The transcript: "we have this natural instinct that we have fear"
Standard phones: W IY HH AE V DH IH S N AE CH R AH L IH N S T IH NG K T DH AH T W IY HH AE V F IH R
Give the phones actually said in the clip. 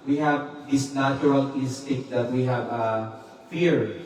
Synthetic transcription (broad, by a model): W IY HH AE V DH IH S N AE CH R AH L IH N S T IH K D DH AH T W IY HH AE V F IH R